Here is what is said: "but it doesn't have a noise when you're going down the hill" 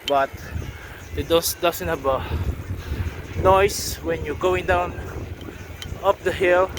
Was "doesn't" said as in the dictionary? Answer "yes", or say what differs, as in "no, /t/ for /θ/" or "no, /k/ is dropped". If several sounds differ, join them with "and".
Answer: no, /s/ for /z/